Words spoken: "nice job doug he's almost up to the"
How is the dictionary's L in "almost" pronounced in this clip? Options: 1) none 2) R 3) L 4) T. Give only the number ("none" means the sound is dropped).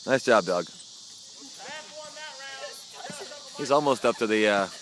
3